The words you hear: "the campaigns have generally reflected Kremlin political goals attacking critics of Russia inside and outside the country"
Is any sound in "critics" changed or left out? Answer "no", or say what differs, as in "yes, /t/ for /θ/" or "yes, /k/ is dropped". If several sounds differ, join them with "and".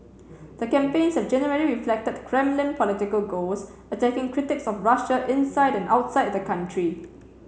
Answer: no